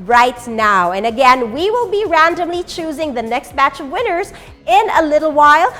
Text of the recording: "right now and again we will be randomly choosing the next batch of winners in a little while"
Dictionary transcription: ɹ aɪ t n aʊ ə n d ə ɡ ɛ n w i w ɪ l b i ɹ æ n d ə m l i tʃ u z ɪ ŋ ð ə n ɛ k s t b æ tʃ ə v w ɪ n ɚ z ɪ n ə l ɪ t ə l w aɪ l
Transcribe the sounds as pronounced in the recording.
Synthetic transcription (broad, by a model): ɹ aɪ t n aʊ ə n ə ɡ ɛ n w i w ɪ l b i ɹ æ n d ə m l i tʃ u z ɪ ŋ ð ə n ɛ k s t b æ tʃ ə v w ɪ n ɚ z ɪ n ə l ɪ t l w aɪ l